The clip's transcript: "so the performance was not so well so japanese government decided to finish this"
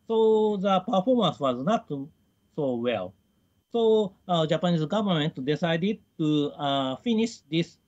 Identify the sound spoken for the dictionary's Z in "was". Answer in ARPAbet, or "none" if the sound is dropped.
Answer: Z